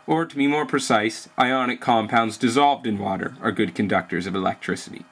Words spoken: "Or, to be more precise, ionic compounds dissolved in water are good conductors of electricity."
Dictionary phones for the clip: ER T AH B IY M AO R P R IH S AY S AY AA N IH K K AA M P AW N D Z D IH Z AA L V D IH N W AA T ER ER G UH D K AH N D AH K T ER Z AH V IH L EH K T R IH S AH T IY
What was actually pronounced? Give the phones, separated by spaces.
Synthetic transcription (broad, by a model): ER T AH B IY M AO R P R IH S AY S AY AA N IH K K AA M P AW N D Z D IH Z AA L V D IH N W AA T ER ER G UH D K N D AH K T ER Z AH V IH L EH K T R IH S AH T IY